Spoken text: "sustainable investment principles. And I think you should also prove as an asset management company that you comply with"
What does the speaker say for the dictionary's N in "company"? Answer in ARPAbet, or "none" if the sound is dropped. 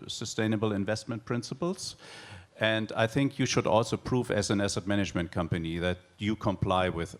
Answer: N